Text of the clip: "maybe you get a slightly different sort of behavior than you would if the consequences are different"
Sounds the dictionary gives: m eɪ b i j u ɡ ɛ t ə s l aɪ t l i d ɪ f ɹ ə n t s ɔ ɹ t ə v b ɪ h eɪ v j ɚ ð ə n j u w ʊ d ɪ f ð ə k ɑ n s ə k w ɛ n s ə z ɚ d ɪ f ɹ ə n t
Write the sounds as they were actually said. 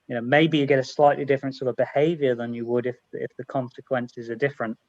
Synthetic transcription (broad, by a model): m eɪ b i j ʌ ɡ ɛ t ə s l aɪ t l i d ɪ f ɹ ə n t s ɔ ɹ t ə v b ɪ h eɪ v j ɚ ð ə n j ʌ w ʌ d ɪ f ð ə k ɑ n s ə k w ɛ n s ə z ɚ d ɪ f ɹ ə n t